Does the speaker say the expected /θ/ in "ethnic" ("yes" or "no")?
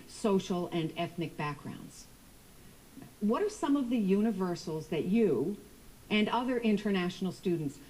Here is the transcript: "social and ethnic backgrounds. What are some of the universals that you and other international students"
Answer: yes